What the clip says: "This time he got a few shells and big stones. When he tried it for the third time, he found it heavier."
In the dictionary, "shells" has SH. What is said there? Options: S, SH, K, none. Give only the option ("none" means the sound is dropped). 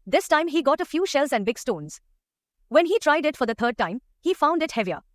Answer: SH